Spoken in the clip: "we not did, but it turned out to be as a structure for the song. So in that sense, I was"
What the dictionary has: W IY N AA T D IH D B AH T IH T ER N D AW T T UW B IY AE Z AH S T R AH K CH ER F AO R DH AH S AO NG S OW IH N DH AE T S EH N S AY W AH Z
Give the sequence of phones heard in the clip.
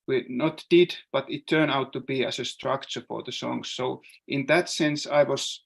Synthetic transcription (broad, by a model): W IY N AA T D IH D B AH T IH T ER N AW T T UW B IY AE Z AH S T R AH K CH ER F AO R DH AH S AO NG S OW IH N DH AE T S EH N S AY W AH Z